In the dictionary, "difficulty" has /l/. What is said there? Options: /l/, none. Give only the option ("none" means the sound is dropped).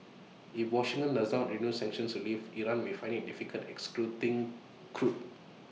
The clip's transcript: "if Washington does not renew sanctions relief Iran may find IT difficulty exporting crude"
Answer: none